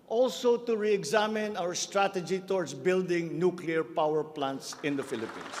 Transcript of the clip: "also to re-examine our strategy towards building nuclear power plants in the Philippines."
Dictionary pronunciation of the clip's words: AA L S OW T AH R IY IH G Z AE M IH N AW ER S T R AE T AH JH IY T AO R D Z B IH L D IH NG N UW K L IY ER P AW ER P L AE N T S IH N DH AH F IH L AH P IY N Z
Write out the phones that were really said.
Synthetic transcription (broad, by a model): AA L S OW T AH R IY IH G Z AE M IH N AW ER S T R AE T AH JH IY T AO R D S B IH L D IH NG N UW K L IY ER P AW ER P L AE N T S IH N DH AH F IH L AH P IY N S